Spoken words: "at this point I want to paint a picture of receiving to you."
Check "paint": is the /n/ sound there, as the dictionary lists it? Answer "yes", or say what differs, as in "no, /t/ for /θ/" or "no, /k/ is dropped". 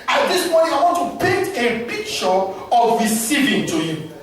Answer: no, /n/ is dropped